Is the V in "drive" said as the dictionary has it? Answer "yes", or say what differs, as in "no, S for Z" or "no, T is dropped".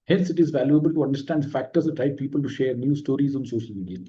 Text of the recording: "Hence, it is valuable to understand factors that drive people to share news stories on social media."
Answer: no, P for V